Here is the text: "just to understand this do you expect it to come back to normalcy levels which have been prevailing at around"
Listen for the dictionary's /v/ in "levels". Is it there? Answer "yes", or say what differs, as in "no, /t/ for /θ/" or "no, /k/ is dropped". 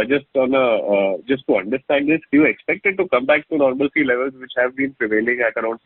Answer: yes